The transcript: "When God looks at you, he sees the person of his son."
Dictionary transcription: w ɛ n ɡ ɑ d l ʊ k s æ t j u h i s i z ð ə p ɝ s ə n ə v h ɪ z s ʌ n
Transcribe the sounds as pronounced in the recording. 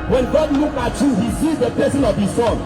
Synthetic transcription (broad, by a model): w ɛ n ɡ ɑ d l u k ɑ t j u h i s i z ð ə p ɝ s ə n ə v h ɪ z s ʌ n